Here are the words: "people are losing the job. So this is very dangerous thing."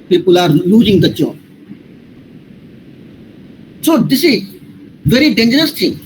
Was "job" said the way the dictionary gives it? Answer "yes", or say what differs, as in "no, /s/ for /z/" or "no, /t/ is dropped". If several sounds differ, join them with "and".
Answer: no, /tʃ/ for /dʒ/